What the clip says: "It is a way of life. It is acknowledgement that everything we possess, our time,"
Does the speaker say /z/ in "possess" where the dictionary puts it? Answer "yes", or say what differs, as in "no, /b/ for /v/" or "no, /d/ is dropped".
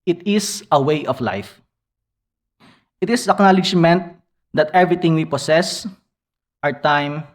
no, /s/ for /z/